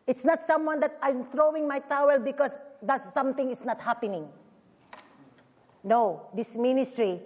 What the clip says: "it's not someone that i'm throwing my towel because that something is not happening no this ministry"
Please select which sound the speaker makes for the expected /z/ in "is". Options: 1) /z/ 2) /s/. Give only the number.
2